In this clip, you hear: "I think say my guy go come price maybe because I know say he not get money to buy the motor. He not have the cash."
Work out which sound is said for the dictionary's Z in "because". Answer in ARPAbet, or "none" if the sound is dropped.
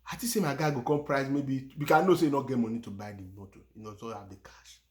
none